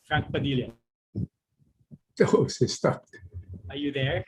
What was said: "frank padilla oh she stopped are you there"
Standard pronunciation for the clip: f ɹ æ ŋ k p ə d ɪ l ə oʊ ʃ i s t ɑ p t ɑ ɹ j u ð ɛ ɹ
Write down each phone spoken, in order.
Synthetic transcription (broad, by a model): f ɹ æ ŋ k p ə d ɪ l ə oʊ s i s t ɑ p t ɑ ɹ j u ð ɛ ɹ